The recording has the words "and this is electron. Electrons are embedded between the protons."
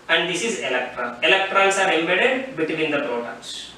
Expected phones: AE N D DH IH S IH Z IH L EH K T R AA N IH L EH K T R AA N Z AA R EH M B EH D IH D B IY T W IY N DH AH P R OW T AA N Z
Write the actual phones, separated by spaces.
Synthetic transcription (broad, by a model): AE N D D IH S IH Z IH L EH K T R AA IH L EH K T R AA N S AA R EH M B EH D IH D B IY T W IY N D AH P R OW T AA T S